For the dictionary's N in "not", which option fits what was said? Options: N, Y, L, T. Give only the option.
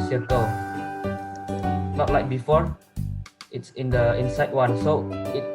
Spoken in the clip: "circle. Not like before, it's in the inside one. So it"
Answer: L